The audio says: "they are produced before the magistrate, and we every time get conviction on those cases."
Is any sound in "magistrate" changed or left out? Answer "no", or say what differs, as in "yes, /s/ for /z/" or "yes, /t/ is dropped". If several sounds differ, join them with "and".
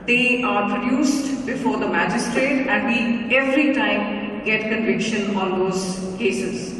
no